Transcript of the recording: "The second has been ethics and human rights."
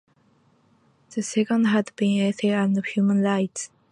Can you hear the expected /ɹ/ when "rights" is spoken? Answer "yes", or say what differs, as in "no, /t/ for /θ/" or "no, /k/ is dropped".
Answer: no, /l/ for /ɹ/